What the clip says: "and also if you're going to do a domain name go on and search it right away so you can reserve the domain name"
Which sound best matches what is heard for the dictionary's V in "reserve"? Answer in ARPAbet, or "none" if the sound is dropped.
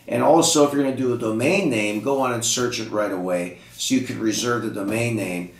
V